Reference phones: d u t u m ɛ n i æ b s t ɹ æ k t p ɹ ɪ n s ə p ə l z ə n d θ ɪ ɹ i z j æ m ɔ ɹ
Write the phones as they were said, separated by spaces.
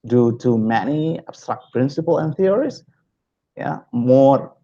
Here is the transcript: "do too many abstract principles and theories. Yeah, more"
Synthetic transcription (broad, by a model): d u t u m ɛ n i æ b s t ɹ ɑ k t p ɹ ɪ n s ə p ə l ə n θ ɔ ɹ i s j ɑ m ɔ